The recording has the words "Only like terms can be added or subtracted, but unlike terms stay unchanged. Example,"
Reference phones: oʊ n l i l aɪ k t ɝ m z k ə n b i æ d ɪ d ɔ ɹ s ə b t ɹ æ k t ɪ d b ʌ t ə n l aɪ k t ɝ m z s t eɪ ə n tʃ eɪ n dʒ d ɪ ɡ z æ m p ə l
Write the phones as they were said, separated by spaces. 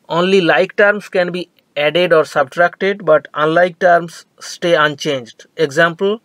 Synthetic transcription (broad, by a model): oʊ n l i l aɪ k t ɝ m s k ə n b i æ d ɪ d ɔ ɹ s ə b t ɹ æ k t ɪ d b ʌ t ə n l aɪ k t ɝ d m s t eɪ ə n tʃ eɪ n dʒ d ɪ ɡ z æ m p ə l